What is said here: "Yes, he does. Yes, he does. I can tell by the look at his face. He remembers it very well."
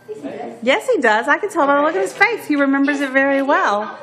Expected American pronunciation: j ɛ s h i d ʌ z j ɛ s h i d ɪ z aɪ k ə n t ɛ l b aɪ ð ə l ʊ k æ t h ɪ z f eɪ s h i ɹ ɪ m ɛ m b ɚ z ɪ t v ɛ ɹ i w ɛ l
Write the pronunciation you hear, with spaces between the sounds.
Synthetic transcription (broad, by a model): j ɛ s h i d ʌ z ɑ ɪ k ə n t ɛ l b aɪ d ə l ʊ k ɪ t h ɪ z f eɪ θ h i ɹ ɪ m ɛ m b ɚ z ɪ t v ɛ ɹ i w ɛ l